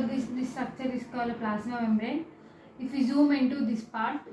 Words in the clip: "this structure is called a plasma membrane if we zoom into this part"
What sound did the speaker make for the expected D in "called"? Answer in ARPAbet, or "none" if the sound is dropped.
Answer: none